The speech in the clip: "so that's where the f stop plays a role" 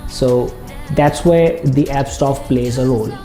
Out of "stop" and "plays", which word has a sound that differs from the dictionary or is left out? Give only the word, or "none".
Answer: stop